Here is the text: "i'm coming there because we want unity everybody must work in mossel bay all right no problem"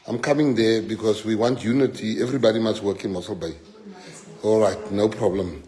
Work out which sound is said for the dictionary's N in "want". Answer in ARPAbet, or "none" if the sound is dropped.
N